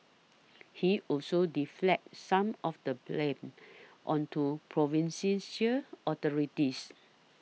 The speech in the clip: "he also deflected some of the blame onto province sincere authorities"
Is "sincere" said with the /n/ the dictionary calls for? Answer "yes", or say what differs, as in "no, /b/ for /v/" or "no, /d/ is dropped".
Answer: no, /n/ is dropped